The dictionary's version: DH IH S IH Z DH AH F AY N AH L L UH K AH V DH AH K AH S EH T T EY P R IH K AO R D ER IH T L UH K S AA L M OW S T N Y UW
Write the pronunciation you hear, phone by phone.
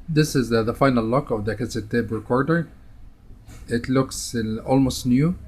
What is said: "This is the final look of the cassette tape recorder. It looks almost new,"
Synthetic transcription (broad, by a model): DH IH S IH Z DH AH F AY N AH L L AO K AH V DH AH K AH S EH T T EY B R IH K AO R D ER IH T L UH K S AA L M OW S T N Y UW